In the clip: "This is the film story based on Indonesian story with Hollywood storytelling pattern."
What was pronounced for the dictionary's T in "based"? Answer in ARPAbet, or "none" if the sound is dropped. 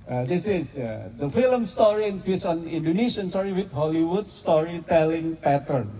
none